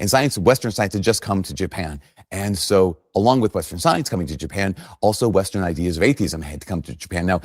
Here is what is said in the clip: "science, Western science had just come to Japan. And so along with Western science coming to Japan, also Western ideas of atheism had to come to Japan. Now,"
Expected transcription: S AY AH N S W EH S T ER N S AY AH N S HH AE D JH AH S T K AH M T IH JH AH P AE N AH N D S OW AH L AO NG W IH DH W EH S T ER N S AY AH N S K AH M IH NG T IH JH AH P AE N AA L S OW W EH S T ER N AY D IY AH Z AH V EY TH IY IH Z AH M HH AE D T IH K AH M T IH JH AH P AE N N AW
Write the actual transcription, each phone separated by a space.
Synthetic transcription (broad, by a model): S AY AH N S W EH S T ER N S AY AH N S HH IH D JH AH S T K AH M T IH JH AH P AE N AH N S OW AH L AO NG W IH DH W EH S T ER N S AY AH N S K AH M IH NG T IH JH AH P AE N AA L S OW W EH S T ER N AY D IY AH Z AH V EY TH IY IH Z AH M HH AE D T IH K AH M T IH JH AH P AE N N AW